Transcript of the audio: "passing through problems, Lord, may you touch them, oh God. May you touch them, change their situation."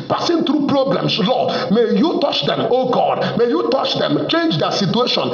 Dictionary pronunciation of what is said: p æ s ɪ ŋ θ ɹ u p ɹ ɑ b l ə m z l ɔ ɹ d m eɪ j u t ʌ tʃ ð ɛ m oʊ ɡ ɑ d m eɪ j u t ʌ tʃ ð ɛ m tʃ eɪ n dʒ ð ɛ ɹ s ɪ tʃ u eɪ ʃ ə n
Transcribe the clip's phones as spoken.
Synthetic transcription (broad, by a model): p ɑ s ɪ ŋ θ ɹ u p ɹ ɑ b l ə m s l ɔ m eɪ j u t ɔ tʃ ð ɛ m oʊ ɡ ɑ d m eɪ j u t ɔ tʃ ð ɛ m tʃ eɪ n dʒ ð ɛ s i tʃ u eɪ ʃ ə n